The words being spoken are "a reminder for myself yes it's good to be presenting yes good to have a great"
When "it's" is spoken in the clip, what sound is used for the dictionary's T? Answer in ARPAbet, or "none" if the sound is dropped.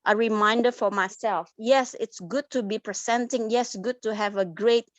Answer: T